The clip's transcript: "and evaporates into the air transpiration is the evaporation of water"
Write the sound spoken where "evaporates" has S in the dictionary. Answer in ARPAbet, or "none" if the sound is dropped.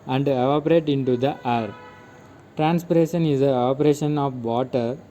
none